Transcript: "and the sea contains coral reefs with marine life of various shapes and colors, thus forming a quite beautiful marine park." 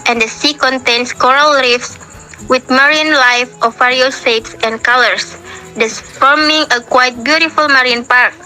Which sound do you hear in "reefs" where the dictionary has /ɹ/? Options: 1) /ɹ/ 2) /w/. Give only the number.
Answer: 1